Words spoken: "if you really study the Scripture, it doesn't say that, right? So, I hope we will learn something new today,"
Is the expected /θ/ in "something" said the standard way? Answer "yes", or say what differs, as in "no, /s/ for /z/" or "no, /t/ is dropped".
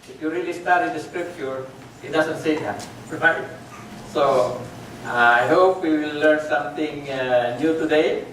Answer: no, /t/ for /θ/